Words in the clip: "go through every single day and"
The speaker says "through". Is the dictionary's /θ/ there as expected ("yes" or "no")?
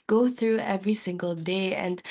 yes